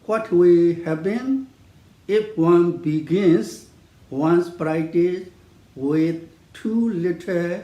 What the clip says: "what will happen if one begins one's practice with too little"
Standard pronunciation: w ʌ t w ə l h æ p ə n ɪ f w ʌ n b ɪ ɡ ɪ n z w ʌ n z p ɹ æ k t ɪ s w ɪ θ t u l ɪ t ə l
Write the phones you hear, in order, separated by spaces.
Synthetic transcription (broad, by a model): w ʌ t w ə h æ b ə n ɪ f w ʌ n b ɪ ɡ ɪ n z w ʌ n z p ɹ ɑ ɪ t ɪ w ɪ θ t u l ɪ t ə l